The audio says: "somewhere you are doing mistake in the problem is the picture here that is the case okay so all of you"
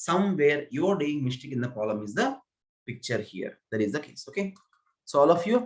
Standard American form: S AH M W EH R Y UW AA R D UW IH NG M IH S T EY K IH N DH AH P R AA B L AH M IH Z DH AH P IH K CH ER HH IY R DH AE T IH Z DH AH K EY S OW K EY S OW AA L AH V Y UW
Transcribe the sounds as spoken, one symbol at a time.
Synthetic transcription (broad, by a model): S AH M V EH R Y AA R D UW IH NG M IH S T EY K IH N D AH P AA L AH M IH Z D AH P IH K CH ER HH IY R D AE T IH Z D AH K EY S OW K EY S OW AA L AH F Y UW